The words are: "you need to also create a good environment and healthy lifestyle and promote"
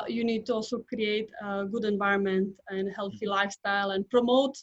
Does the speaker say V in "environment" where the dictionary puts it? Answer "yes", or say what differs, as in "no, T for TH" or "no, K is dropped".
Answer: yes